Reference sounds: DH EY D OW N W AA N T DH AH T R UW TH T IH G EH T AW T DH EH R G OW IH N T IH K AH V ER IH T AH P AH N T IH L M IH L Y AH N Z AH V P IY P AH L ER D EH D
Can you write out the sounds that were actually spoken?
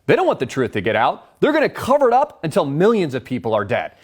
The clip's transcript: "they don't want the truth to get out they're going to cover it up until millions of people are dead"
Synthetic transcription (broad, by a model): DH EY D OW N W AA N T DH AH T R UW TH T IH G EH T AW T DH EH R G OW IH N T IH K AH V ER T AH P AH N T IH L M IH L Y AH N Z AH V P IY P L ER D EH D